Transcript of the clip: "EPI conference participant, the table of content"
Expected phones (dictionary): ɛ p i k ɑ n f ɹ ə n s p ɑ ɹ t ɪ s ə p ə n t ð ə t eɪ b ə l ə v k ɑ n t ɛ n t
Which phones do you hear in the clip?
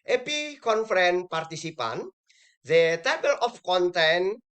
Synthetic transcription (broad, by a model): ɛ p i k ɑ n f ɹ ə n p ɑ ɹ t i s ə p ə n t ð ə t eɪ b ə l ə f k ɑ n t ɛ n